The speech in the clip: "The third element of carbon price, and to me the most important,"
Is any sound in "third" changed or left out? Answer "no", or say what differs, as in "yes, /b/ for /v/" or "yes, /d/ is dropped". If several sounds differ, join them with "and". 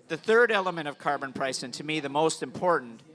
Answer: no